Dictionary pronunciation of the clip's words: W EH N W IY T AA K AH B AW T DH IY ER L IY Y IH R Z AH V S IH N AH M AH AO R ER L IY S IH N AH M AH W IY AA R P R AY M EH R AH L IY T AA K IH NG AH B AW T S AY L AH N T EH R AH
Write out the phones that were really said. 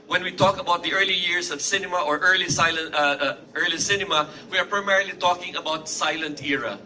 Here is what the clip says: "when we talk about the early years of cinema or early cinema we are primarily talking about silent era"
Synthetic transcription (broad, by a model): W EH N W IY T AA K AH B AW T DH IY ER L IY Y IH R S AH V S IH N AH M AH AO R ER L IY S IH N AH M AH W IY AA R P R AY M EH R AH L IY T AA K IH NG AH B AW T S AY L AH N T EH R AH